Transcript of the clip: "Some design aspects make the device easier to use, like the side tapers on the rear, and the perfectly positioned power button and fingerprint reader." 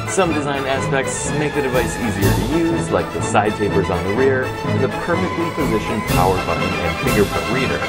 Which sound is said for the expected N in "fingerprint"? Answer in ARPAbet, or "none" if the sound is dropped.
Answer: none